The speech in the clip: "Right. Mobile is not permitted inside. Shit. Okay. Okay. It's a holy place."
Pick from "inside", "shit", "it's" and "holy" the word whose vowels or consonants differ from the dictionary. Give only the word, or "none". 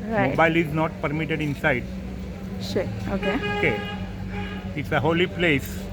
shit